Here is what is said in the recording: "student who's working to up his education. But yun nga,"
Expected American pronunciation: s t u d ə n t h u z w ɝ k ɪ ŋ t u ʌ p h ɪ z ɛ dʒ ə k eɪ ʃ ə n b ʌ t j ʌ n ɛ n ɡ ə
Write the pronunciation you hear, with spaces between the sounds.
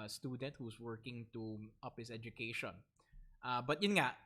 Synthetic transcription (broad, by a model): s t u d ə n t h u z w ɝ k ɪ ŋ t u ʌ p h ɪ s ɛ dʒ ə k eɪ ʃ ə n b ʌ t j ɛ n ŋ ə